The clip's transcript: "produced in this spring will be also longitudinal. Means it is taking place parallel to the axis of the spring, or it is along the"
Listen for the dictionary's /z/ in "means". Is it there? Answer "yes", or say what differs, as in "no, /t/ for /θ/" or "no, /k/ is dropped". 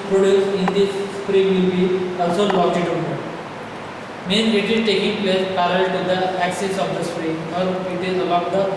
no, /z/ is dropped